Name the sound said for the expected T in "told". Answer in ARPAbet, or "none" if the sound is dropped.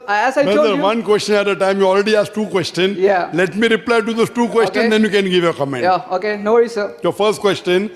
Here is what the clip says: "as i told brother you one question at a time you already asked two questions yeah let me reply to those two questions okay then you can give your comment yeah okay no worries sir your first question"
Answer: S